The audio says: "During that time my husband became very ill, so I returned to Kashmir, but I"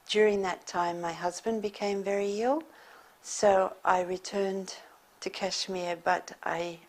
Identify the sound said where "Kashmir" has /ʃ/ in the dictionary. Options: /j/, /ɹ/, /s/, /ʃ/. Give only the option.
/ʃ/